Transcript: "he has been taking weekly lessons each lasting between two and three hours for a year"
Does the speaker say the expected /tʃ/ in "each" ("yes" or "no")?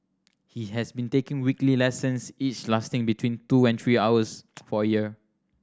yes